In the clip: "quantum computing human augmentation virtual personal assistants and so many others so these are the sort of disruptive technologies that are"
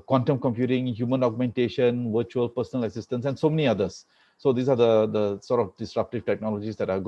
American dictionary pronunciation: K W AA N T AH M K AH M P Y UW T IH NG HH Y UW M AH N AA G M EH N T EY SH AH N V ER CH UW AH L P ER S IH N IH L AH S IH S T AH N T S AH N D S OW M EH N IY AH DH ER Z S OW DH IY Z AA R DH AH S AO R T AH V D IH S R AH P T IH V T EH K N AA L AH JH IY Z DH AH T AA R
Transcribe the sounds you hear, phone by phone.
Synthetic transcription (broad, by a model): K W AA N T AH M K AH M P Y UW T IH NG HH Y UW M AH N AA G M EH N T EY SH AH N V ER CH UW AH L P ER S IH N IH L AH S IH S T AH N S AH N D S OW M EH N IY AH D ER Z S OW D IY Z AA R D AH S AO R T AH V D IH S R AH P T IH V T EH K N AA L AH JH IY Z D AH T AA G